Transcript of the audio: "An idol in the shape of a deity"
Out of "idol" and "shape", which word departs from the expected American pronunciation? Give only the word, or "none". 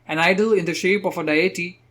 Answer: none